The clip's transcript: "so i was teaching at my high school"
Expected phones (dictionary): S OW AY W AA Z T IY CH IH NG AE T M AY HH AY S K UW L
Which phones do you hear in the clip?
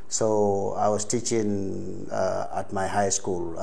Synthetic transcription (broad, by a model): S OW AY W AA S T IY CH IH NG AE T M AY HH AY S K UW L